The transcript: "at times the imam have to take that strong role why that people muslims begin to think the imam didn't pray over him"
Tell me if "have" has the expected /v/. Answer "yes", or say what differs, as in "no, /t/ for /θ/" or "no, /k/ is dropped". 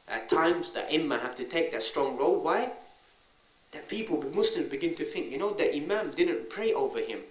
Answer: no, /f/ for /v/